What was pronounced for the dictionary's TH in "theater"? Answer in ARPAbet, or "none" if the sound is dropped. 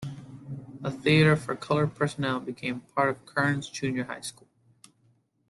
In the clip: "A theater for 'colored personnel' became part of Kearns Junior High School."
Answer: TH